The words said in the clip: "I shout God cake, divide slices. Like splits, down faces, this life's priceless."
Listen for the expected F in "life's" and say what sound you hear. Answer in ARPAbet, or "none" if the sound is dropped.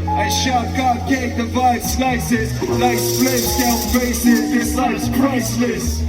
none